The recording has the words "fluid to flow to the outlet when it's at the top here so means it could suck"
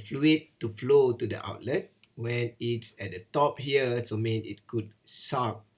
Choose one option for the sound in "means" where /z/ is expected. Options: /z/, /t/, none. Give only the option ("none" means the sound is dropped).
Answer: none